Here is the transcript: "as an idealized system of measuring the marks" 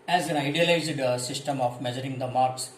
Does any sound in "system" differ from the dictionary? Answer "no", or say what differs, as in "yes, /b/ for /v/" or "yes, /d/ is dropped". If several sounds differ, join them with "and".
no